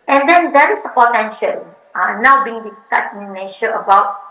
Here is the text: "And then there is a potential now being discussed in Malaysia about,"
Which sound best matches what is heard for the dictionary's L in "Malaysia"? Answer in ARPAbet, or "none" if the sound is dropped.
N